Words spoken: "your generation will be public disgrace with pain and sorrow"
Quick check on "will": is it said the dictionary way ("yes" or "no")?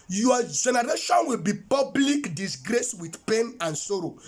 yes